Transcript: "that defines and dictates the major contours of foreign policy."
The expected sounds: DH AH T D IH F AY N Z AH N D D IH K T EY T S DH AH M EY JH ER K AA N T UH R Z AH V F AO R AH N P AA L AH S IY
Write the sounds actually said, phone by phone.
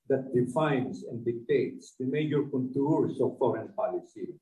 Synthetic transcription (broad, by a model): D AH T D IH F AY N S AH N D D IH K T EY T S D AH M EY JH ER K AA N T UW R S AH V F AO R AH N P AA L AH S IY